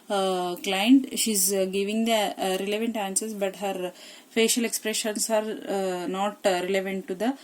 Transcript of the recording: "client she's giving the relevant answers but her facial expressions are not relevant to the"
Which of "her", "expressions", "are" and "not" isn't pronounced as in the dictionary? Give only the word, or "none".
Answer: expressions